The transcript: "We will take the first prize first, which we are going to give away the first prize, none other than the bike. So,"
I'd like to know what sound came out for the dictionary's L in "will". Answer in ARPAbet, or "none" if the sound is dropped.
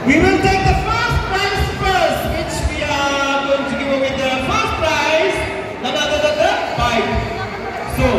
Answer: N